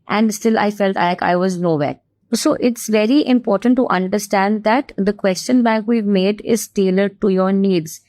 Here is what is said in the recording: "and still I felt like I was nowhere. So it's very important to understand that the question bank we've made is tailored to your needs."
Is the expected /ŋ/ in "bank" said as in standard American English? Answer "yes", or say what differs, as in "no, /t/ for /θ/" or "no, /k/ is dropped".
no, /ŋ/ is dropped